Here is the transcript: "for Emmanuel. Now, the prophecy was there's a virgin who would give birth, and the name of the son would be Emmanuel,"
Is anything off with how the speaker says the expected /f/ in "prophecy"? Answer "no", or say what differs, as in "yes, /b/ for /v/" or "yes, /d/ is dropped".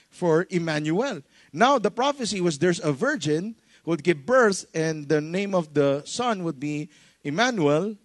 no